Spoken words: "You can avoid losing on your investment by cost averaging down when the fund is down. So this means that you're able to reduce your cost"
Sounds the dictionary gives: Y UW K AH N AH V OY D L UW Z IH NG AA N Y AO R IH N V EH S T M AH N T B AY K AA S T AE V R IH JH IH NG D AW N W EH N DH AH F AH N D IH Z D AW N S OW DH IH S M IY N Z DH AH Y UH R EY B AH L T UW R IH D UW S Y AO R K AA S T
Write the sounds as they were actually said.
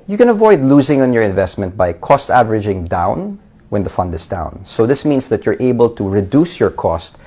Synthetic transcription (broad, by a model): Y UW K AH N AH V OY D L UW Z IH NG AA N Y AO R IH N V EH S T M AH N T B AY K AA S T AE V R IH JH IH NG D AW N W EH N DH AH F AH N D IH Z D AW N S OW DH IH S M IY N S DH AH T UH R EY B AH L T UW R IH D UW S Y AO R K AA S T